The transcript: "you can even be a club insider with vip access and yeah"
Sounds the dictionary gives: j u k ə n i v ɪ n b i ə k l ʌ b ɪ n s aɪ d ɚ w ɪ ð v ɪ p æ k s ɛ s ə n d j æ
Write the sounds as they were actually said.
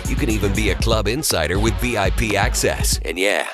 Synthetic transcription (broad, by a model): j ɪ k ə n i v ɪ n b i ə k l ʌ b ɪ n s aɪ d ɚ w ɪ ð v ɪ p æ k s ɛ s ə n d j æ